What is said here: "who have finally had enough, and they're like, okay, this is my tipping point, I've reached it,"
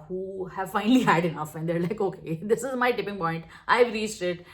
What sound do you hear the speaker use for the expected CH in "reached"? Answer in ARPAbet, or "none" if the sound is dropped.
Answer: S